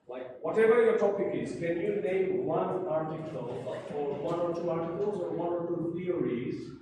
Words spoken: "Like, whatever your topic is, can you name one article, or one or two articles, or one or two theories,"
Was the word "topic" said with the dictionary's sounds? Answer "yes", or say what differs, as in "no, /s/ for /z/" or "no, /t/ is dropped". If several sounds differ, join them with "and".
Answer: yes